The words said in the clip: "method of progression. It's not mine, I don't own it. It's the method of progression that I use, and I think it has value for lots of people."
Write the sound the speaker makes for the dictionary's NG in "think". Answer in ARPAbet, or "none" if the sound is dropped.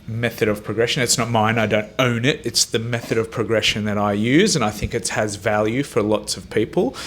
NG